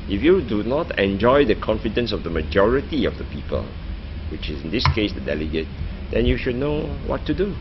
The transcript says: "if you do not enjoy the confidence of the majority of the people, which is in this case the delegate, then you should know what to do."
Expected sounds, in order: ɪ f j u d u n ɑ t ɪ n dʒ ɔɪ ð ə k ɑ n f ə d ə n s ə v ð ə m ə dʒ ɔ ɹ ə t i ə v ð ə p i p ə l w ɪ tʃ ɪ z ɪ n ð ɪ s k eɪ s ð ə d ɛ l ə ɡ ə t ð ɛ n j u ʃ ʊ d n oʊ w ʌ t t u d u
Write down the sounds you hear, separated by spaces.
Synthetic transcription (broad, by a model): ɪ f j u d u n ɑ t ɪ n dʒ ɔɪ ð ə k ɑ n f ə d ə n s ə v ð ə m ə dʒ ɔ ɹ ə t i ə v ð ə p i p ə l w ɪ tʃ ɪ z ɪ n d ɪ s k eɪ s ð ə d ɛ l ə ɡ ə t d ɛ n j u ʃ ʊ d n oʊ w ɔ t t u d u